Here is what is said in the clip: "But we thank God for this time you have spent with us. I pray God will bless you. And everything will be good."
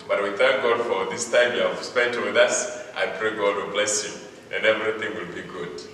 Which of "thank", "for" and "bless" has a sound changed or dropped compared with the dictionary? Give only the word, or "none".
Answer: none